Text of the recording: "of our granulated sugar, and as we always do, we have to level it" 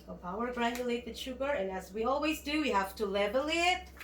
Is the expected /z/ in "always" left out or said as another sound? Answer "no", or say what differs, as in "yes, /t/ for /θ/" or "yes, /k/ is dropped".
no